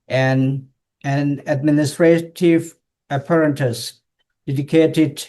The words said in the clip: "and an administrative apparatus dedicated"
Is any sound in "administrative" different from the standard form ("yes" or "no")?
no